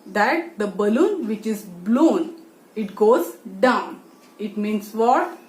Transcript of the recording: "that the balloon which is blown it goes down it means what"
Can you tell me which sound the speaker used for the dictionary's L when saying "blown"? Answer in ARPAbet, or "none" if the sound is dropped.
L